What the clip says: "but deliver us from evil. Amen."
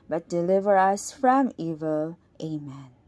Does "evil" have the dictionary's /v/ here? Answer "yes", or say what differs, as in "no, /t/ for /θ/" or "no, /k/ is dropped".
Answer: yes